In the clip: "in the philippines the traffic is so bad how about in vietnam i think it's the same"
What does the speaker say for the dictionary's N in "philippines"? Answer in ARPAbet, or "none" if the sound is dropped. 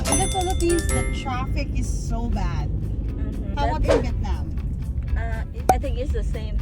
none